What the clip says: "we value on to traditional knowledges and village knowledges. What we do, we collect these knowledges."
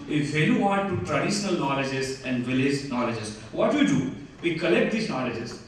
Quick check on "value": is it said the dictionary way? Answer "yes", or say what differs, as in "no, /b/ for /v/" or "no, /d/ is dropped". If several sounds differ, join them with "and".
no, /f/ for /v/ and /l/ is dropped